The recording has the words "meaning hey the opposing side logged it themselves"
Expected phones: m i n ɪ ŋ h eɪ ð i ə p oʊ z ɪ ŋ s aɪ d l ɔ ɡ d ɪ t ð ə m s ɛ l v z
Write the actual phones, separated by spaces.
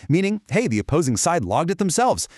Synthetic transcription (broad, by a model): m i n ɪ ŋ h eɪ ð i ə p oʊ z ɪ ŋ s aɪ d l ɔ ɡ d ɪ t ð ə m s ɛ l v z